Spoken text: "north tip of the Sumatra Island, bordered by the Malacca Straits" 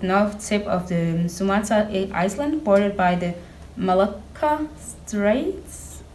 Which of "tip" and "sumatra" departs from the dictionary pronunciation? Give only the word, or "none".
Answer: sumatra